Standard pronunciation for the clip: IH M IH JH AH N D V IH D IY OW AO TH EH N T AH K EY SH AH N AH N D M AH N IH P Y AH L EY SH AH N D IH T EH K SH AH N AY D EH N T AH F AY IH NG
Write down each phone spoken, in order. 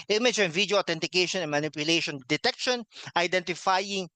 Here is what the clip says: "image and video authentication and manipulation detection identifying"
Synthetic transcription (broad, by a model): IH M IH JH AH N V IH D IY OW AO T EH N T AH K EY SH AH N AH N M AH N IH P Y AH L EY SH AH N D IH T EH K SH AH N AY D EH N T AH F AY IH NG